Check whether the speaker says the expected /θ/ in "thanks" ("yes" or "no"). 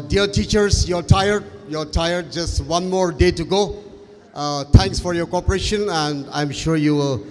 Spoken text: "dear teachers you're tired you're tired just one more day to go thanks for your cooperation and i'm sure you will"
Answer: no